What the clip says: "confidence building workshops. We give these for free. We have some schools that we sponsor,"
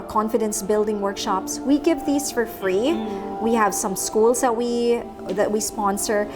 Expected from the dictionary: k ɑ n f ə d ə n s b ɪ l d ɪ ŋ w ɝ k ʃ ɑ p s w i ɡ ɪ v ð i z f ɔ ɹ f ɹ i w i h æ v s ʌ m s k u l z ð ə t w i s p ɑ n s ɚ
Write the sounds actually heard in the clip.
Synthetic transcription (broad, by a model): k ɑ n f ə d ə n s b ɪ l d ɪ ŋ w ɝ k ʃ ɑ p s w i ɡ ɪ v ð i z f ɔ ɹ f ɹ i w i h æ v s ʌ m s k u l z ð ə t w i s p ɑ n s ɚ